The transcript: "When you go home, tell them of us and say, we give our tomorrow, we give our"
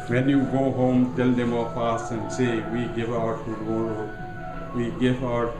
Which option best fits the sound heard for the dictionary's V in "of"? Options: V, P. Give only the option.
P